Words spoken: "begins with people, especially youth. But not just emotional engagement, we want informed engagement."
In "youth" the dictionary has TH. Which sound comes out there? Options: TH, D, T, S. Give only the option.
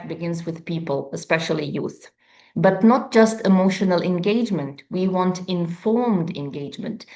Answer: TH